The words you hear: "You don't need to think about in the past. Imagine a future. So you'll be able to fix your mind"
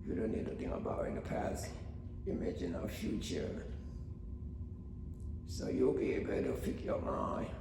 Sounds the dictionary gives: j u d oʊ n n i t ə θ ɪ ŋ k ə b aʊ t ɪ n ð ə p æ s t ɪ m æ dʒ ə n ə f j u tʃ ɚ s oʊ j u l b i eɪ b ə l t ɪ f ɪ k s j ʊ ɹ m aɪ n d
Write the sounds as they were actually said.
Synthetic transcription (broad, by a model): j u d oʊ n n i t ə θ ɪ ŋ ə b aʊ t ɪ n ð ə p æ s ɪ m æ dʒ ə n ə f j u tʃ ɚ s oʊ j u l b i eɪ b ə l t ɪ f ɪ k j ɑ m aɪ